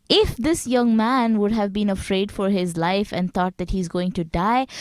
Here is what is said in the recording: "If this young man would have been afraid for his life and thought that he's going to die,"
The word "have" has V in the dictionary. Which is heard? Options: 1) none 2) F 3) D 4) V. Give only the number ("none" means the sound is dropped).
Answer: 4